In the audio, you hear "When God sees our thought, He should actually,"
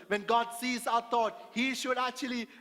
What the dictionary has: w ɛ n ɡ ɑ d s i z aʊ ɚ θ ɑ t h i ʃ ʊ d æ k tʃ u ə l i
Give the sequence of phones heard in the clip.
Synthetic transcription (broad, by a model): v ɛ n ɡ ɑ d s i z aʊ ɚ t ɑ t h i ʃ ʊ d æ k tʃ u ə l i